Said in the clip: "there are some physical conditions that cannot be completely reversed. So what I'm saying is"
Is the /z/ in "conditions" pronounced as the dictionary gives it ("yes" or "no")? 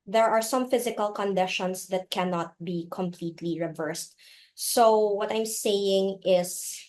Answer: no